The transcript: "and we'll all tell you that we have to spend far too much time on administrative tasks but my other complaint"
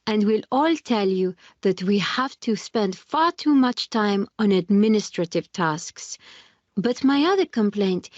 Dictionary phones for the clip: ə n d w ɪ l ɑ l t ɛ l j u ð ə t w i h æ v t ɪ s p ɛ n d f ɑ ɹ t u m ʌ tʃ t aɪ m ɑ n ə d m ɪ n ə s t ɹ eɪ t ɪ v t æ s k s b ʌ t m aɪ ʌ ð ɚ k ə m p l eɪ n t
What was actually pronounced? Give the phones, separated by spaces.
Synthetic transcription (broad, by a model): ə n d w ɪ l ɑ l t ɛ l j u ð ə t w i h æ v t ɪ s p ɛ n d f ɑ ɹ t u m ʌ tʃ t aɪ m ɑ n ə d m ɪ n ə s t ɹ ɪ t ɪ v t æ s k s b ʌ t m aɪ ʌ ð ɚ k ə m p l eɪ n t